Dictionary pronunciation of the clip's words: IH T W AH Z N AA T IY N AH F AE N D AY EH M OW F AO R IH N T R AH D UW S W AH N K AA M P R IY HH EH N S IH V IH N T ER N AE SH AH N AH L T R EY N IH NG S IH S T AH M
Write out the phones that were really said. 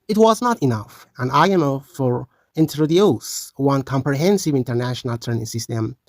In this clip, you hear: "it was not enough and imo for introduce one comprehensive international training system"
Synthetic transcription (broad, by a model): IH T W AH Z N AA T IY N AH F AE N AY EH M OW F AO R IH N T R AH D UW S W AH N K AA M P R IY HH EH N S IH V IH N T ER N AE SH AH N AH L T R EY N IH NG S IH S T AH M